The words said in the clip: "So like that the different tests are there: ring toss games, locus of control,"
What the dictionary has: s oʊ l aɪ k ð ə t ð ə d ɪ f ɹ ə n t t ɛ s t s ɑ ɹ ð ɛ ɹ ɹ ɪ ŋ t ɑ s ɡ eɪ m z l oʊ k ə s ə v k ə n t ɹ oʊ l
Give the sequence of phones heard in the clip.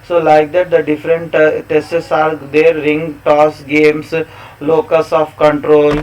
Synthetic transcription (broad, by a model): s oʊ l aɪ k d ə t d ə d ɪ f ɹ ə n t t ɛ s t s ɑ ɹ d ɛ ɹ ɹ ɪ ŋ t ɑ s ɡ eɪ m s l oʊ k ə s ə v k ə n t ɹ oʊ l